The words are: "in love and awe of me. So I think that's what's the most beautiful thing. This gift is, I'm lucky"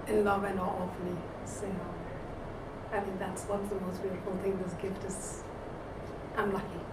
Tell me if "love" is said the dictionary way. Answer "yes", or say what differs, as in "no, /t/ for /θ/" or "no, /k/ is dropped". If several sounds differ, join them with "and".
yes